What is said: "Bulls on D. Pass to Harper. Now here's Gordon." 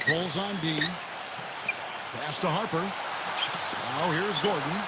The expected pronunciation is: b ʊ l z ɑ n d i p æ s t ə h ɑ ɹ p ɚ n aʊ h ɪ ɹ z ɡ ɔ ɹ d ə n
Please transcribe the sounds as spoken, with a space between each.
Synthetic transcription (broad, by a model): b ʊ l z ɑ n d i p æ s t ə h ɑ ɹ p ɚ n aʊ h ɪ ɹ z ɡ ɔ ɹ d n